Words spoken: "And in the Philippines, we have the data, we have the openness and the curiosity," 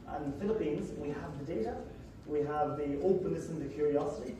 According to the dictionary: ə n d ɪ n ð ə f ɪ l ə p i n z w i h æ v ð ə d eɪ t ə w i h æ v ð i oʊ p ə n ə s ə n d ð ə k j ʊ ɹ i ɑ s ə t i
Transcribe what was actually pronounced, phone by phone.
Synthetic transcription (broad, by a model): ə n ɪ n ð ə f ɪ l ə p i n z w i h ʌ v ð ə d eɪ t ə w i h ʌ v ð i oʊ p ə n ə s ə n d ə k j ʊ ɹ i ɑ s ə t i